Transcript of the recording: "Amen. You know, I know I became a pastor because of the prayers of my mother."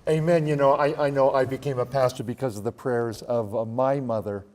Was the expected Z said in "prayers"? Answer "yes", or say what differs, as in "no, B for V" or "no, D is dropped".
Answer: yes